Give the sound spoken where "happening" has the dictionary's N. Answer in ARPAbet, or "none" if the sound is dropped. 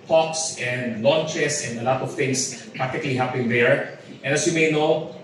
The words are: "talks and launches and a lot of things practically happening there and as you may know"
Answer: none